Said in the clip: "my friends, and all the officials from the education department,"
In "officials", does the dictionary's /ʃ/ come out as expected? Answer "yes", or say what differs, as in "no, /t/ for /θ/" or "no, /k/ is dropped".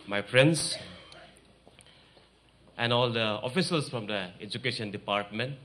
no, /s/ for /ʃ/